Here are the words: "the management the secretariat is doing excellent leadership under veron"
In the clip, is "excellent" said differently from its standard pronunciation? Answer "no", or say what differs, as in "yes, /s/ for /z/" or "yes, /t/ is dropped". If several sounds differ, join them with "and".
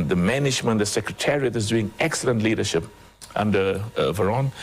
no